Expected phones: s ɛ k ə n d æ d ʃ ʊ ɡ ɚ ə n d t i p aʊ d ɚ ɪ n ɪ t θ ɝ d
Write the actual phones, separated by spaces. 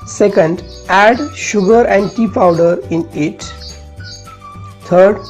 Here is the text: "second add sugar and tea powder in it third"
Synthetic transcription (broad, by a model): s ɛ k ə n d æ d ʃ ʊ ɡ ɚ ə n d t i p aʊ d ɚ ɪ n ɪ t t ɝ d